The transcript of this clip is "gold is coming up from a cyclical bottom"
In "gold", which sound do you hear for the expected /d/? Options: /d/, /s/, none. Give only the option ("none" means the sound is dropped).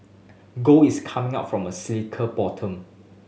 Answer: none